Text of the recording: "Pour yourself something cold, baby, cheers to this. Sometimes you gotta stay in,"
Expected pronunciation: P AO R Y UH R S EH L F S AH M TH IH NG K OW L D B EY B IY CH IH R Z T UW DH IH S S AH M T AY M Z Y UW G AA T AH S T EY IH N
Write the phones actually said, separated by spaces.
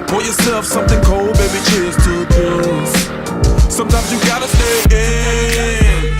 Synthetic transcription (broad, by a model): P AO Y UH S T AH F S AH M TH IH NG K OW L D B EY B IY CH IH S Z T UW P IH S S AH M T AY M Z Y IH G AA T AH S T EY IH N